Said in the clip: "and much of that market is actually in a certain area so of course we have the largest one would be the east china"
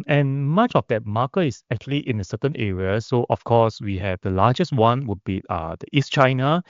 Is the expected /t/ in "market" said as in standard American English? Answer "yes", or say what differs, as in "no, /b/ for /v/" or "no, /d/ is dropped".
no, /t/ is dropped